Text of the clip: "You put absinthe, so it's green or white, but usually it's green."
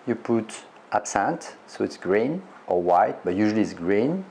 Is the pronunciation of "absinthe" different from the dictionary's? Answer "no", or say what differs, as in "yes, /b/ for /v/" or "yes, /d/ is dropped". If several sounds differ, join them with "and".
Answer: yes, /t/ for /θ/